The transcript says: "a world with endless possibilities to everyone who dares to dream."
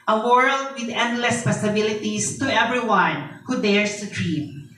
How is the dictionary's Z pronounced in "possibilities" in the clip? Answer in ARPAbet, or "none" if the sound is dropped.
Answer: S